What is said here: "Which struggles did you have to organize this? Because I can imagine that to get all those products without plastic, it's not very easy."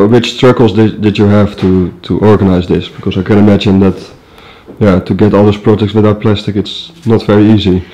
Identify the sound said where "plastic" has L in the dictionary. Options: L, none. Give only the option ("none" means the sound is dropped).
L